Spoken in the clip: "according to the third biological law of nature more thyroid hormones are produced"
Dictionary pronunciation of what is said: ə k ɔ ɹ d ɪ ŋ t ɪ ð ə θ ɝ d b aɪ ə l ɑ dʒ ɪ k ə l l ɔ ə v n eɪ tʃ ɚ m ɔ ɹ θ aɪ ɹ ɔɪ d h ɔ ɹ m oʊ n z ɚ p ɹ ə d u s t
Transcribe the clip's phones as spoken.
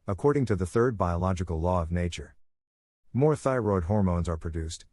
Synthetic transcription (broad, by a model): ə k ɔ ɹ d ɪ ŋ t ɪ ð ə θ ɝ d b aɪ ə l ɑ dʒ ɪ k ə l l ɔ ə v n eɪ tʃ ɚ m ɔ ɹ θ aɪ ɹ ɔɪ d h ɔ ɹ m oʊ n z ɚ p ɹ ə d u s t